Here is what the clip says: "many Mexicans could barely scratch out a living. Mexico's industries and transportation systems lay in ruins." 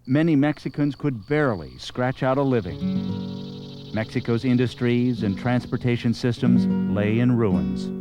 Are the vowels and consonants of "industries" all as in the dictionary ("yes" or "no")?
yes